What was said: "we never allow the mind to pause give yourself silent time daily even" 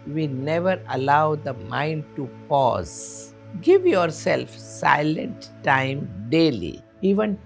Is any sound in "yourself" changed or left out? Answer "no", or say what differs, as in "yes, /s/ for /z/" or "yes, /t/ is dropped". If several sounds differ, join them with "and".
no